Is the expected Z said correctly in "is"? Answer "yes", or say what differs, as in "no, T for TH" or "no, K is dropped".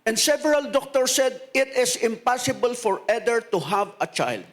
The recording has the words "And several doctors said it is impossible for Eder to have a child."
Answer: no, S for Z